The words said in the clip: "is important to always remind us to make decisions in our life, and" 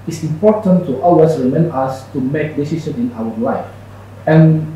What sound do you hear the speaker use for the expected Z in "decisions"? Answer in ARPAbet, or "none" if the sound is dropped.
none